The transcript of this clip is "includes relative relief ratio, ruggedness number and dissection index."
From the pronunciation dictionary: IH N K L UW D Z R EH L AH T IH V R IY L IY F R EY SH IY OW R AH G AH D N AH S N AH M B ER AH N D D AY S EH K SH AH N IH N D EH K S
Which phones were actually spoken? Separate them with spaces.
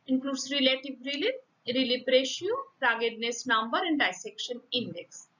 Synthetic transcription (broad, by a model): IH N K L UW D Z R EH L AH T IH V R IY L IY P R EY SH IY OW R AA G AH D N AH S N AH M B ER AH N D D AY S EH K SH AH N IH N D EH K S